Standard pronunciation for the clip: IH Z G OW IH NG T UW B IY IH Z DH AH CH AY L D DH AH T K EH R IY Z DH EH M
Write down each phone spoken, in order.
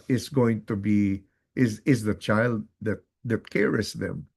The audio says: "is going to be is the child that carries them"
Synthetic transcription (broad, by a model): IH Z G OW IH NG T UW B IY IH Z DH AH CH AY L D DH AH T K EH R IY S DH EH M